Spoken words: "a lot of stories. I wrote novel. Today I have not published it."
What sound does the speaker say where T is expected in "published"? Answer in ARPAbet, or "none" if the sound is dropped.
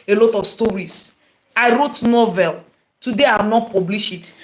none